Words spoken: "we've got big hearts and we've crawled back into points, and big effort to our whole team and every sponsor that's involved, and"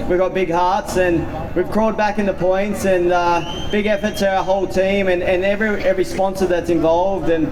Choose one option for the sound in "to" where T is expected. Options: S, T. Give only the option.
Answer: S